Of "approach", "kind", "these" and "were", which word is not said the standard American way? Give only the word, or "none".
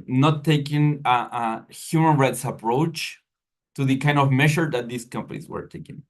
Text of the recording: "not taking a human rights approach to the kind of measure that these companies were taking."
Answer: these